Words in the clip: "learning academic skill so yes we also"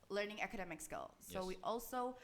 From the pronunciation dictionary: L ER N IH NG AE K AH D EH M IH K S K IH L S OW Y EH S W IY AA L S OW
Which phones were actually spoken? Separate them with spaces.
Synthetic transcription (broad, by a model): L ER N IH NG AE K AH D EH M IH K S K IH L S OW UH W IY AA L S OW